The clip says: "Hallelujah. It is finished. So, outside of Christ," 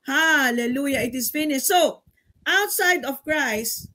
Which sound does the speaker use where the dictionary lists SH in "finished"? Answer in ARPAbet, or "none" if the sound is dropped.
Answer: S